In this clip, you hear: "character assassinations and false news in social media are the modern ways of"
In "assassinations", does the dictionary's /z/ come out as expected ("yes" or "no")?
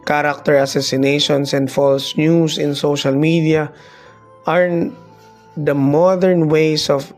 no